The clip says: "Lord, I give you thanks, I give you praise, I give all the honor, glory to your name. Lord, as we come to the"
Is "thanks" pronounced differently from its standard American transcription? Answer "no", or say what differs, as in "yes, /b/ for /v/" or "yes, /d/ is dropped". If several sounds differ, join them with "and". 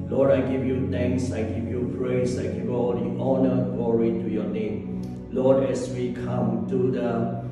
yes, /t/ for /θ/